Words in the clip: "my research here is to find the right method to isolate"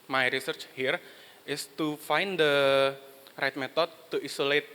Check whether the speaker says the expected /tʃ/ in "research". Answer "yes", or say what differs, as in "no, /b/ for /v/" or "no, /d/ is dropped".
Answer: yes